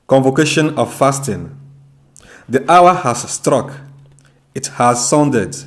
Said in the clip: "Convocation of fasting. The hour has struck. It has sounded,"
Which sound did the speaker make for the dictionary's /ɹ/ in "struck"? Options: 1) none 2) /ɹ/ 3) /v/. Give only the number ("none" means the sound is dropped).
2